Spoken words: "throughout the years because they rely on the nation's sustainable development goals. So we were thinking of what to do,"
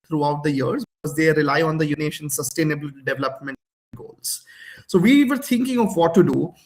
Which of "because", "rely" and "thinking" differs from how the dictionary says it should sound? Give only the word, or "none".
thinking